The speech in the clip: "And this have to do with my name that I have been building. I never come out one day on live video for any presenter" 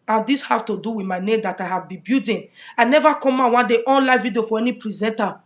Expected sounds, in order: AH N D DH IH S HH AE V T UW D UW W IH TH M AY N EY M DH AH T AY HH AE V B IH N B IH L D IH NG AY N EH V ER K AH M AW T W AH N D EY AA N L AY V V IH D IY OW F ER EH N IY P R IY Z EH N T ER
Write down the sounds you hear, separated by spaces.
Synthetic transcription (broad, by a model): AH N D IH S HH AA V T UW D UW W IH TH M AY N EY M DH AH T AY HH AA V B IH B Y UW D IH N AY N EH V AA K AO M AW W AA N D EY AA N L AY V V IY D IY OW F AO EH N IY P R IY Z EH N T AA